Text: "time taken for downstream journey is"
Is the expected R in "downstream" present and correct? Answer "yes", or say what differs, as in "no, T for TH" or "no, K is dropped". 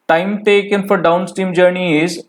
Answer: no, R is dropped